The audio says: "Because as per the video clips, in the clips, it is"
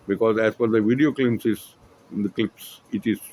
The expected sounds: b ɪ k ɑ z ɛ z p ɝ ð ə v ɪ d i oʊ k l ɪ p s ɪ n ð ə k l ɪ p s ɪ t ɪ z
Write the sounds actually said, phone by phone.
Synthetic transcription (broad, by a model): b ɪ k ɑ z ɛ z f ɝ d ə v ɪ d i oʊ k l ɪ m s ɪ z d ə k l ɪ p s ɪ t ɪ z